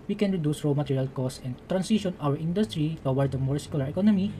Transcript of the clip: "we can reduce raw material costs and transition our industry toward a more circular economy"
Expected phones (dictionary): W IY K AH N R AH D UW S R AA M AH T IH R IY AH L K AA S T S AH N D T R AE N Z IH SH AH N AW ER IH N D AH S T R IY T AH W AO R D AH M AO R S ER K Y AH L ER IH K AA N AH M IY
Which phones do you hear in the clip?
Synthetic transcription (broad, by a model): W IY K AH N R AH D UW S R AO M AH T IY R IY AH L K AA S S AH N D T R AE N S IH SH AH N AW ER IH N D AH S T R IY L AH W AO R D AH M AO R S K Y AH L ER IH K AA N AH M IY